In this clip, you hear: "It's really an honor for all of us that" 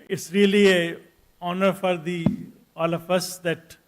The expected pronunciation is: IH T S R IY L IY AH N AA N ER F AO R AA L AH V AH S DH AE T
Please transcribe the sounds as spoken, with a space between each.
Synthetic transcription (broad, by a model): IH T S R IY L IY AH AA N ER F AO R AA L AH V AH S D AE T